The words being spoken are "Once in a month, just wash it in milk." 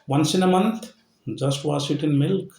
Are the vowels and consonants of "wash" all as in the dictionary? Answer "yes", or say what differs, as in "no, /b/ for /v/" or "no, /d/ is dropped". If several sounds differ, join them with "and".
no, /s/ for /ʃ/